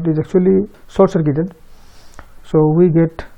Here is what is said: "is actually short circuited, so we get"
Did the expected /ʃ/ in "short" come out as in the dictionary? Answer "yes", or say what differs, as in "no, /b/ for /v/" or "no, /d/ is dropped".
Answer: no, /s/ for /ʃ/